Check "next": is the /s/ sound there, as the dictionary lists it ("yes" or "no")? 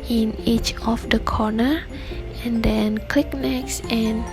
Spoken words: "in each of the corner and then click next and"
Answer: yes